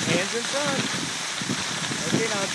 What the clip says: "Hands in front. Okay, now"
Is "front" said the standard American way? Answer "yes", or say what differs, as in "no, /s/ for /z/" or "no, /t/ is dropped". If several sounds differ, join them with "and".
no, /t/ is dropped